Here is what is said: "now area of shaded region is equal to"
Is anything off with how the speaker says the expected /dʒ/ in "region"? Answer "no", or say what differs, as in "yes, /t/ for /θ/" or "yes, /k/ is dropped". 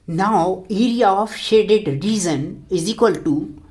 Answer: yes, /z/ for /dʒ/